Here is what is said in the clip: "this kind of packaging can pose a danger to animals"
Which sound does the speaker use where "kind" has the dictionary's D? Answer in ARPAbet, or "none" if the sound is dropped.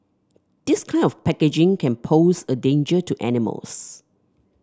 none